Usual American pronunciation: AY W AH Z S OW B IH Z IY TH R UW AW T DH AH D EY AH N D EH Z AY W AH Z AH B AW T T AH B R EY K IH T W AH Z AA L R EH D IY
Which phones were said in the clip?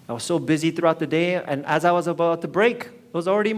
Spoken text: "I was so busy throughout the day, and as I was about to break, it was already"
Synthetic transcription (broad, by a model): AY W AH Z S OW B IH Z IY TH R UW AW T DH AH D EY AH N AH Z AY W AH Z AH B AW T T AH B R EY K IH T W AH Z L R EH D IY